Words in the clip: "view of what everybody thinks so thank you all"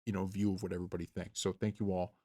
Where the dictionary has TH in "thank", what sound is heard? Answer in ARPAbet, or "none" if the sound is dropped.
TH